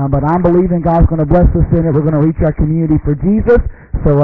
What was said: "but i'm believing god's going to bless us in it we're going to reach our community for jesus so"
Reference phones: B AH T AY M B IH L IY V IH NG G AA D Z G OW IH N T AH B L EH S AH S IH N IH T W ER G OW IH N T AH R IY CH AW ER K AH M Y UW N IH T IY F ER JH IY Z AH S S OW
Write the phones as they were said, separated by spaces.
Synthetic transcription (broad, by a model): B AH T AY M B IH L IY V IH NG G AA D Z G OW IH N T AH B L EH S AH S IH N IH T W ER G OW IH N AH R IY CH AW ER K AH M Y UW N IH T IY F ER JH IY Z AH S S OW